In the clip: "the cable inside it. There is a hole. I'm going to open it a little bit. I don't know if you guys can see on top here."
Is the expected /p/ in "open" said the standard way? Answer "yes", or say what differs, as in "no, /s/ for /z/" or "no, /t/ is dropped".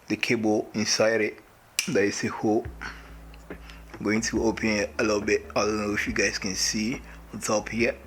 yes